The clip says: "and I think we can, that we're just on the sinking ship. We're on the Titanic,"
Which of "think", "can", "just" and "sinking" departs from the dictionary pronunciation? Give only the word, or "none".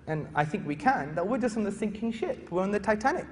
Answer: none